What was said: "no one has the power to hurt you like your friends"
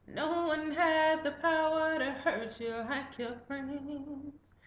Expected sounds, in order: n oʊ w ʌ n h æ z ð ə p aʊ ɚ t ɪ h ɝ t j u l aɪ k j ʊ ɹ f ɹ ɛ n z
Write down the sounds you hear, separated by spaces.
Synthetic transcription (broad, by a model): n oʊ w ʌ n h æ z ð ə p aʊ ɚ t ɪ h ɝ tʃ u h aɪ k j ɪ l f ɹ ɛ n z